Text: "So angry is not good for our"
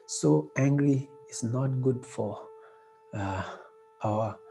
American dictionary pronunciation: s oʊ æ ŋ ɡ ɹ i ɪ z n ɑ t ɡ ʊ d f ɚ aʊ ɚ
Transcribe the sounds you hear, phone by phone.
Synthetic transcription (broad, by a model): s oʊ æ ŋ ɡ ɹ i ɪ s n ɑ t ɡ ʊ d f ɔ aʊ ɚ